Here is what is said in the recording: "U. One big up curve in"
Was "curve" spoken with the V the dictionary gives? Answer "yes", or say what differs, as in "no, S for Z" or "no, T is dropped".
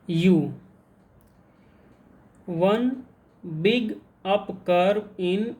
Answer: no, V is dropped